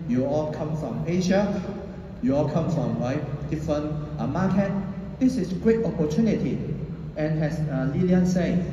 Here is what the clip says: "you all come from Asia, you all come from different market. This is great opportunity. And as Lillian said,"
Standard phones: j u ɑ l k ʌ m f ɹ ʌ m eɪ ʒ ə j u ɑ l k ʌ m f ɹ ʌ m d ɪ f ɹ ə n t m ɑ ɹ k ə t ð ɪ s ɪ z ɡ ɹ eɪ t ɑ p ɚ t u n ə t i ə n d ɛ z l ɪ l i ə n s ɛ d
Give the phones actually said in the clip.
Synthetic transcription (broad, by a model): j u ɑ l k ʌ m f ɹ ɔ m eɪ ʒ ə j u ɑ l k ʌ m f ɹ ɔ m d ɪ f ɹ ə n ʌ m ɑ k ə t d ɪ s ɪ s ɡ ɹ eɪ t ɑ p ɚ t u n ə t i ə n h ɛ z l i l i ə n s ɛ